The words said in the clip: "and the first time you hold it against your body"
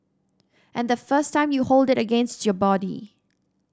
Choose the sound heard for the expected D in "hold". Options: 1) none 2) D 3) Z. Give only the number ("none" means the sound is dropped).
2